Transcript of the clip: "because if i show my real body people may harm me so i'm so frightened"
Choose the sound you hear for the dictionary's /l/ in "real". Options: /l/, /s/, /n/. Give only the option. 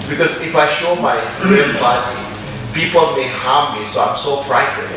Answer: /n/